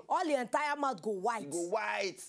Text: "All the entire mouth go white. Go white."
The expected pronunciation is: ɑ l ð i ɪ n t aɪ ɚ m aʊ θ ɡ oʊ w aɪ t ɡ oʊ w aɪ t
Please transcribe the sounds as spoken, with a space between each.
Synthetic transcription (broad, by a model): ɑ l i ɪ n t aɪ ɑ m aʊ t ɡ oʊ w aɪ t ɡ oʊ w aɪ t